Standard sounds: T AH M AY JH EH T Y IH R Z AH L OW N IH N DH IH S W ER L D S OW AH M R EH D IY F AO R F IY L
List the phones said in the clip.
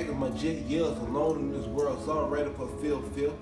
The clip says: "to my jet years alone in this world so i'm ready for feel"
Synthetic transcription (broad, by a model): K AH M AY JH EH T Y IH L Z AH L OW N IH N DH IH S W ER L D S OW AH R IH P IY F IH L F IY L